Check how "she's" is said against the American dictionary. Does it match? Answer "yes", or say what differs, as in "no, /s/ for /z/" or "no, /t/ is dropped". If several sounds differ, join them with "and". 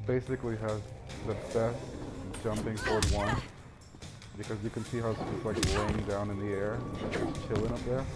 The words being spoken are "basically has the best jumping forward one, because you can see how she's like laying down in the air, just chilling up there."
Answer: no, /s/ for /ʃ/